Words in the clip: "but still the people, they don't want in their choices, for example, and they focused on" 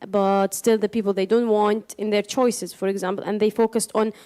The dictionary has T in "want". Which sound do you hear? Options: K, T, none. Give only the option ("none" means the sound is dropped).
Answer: T